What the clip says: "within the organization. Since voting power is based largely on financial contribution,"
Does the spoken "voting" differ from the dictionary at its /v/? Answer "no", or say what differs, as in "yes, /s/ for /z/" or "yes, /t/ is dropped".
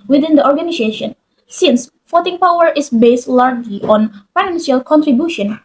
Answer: yes, /f/ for /v/